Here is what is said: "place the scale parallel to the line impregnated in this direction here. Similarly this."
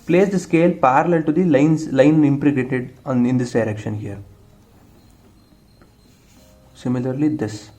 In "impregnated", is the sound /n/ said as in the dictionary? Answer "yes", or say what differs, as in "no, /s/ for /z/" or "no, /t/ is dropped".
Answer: no, /n/ is dropped